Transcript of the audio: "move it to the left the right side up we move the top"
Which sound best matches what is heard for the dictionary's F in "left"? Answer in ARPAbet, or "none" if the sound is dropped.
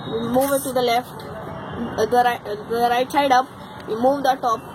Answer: F